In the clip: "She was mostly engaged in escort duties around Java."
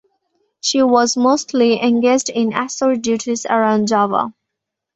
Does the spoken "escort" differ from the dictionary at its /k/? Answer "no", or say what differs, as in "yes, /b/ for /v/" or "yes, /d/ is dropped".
yes, /k/ is dropped